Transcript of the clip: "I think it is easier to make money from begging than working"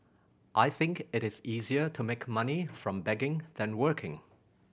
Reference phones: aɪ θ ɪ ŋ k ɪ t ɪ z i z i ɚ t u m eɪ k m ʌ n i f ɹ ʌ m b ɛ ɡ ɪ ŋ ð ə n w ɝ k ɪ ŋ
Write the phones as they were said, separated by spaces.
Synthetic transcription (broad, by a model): aɪ θ ɪ ŋ k ɪ t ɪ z i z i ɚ t u m eɪ k m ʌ n i f ɹ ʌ m b ɛ ɡ ɪ ŋ ð ə n w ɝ k ɪ ŋ